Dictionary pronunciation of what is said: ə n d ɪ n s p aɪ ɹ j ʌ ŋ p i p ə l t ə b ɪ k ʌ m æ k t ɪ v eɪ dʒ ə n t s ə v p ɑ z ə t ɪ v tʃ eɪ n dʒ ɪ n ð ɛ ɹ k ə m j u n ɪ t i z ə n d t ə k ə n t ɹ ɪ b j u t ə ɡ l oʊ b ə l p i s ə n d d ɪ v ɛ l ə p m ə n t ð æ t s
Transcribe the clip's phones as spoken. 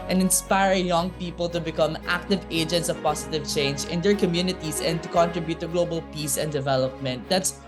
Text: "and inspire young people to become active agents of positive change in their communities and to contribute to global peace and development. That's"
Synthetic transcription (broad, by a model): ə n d ɪ n s p aɪ ɹ j ʌ ŋ p i p ə l t ə b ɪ k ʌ m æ k t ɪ v eɪ dʒ ə n t s ə v p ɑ s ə t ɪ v tʃ eɪ n dʒ ɪ n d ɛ ɹ k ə m j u n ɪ t i s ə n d t ə k ə n t ɹ ɪ b j u t ə ɡ l oʊ b ə l p i s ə n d d ɪ v ɛ l ə p m ə n t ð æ t s